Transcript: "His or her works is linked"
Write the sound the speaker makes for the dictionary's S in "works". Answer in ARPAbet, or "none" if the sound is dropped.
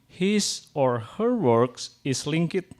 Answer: S